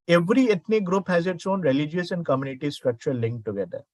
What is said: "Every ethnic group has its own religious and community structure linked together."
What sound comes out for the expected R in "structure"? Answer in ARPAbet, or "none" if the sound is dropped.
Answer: R